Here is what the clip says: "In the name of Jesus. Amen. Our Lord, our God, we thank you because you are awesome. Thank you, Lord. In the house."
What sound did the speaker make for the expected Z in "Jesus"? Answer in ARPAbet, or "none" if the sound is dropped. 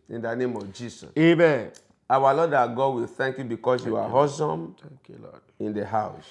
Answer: S